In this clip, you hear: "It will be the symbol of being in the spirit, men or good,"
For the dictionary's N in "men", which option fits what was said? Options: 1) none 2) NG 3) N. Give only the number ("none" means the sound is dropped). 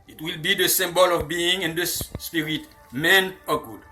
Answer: 3